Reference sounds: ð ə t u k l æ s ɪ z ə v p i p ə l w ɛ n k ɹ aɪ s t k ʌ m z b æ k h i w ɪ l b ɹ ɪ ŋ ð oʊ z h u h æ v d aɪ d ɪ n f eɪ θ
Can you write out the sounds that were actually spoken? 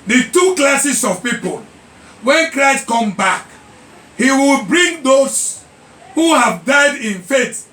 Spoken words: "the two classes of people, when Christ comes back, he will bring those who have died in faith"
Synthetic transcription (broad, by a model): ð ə t u k l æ s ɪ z ə v p i p ə l w ɛ n k ɹ aɪ s t k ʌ m b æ k h i w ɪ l b ɹ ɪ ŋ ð oʊ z h u h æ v d aɪ d ɪ n f eɪ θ